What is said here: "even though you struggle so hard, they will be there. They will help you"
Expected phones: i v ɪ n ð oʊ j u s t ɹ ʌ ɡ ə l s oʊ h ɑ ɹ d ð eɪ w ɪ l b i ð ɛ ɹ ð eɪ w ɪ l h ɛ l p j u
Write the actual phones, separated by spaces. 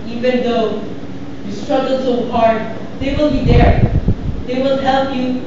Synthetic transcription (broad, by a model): i v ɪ n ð oʊ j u s t ɹ ʌ ɡ ə l s oʊ h ɑ ɹ d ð eɪ w ɪ l b i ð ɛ ɹ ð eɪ w ɪ l h ɛ l p j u